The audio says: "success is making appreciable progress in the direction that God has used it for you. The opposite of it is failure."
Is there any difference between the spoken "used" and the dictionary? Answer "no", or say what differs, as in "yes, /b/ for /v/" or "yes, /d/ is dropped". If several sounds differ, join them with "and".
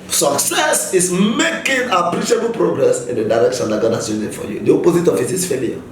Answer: yes, /d/ is dropped